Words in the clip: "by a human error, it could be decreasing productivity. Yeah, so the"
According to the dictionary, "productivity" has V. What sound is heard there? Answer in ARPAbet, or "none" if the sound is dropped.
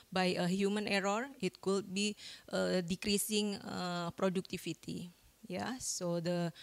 F